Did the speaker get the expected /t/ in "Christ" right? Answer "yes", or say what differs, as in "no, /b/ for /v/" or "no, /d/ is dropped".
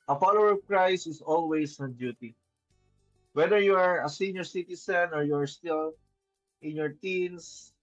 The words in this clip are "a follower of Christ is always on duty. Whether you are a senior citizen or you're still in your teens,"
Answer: no, /t/ is dropped